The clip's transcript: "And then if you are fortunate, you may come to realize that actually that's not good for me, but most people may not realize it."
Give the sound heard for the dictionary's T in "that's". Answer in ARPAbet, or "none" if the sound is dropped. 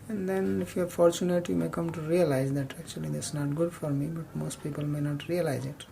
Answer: S